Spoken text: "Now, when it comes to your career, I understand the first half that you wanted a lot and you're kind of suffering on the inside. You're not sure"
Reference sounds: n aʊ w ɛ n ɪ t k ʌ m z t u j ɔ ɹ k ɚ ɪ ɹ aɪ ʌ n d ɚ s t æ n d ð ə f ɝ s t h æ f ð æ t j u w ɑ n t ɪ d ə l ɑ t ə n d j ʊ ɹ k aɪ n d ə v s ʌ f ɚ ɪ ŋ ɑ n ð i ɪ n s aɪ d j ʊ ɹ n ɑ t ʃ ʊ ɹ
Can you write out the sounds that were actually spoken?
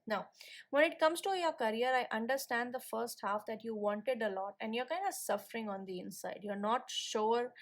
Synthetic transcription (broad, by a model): n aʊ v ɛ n ɪ t k ʌ m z t u j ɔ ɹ k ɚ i ɹ aɪ ʌ n d ɚ s t æ n d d ə f ɝ s t h æ f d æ t j u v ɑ n t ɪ d ə l ɑ t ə n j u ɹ k aɪ n d ə v s ʌ f ɚ ɪ ŋ ɑ n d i ɪ n s aɪ d j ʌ ɹ n ɑ t ʃ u ɹ